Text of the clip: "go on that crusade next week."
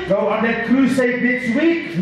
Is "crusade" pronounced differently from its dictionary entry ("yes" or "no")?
yes